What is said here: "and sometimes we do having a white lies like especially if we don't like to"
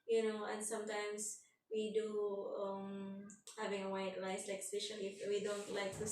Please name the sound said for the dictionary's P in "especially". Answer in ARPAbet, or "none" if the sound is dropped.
none